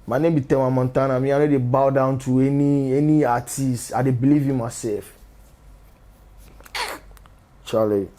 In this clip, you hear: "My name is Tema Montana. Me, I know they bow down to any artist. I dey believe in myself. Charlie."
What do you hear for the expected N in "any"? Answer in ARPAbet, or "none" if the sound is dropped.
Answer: N